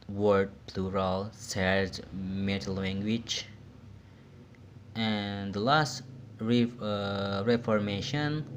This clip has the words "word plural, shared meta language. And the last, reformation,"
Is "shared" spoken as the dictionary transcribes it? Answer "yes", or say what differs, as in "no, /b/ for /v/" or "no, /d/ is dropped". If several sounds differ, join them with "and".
no, /s/ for /ʃ/